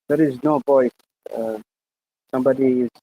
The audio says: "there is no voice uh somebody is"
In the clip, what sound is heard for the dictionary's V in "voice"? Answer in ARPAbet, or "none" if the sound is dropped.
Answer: P